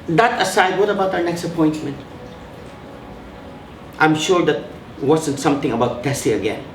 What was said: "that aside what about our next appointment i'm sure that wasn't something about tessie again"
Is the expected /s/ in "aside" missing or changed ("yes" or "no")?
no